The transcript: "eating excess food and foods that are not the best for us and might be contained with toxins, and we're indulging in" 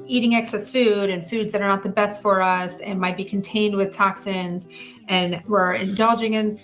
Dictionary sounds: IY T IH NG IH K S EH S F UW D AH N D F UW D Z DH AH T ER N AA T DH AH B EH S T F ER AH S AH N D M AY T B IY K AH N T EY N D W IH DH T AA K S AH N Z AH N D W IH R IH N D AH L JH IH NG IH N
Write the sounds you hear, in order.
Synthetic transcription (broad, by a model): IY T IH NG IH K S EH S F UW D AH N F UW D Z DH AH T ER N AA T DH AH B EH S T F ER AH S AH N M AY T B IY K N T EY N D W IH DH T AA K S AH N Z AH N W IH R IH N D AH L JH IH NG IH N